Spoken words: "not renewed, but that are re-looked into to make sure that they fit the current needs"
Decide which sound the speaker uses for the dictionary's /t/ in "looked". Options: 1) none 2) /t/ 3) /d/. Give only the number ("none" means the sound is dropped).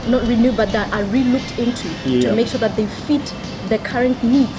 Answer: 2